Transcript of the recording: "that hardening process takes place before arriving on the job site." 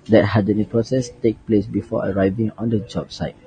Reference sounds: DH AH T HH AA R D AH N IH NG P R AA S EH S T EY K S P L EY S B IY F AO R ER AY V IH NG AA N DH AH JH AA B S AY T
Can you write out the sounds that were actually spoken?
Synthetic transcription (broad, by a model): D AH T HH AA D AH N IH P R AA S EH S T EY K P L EY S B IY F AO ER AY V IH NG AA N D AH JH AA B S AY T